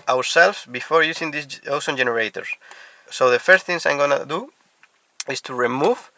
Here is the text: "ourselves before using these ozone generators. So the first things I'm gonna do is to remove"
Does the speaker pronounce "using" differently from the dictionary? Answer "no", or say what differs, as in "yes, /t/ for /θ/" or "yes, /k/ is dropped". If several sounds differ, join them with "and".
yes, /s/ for /z/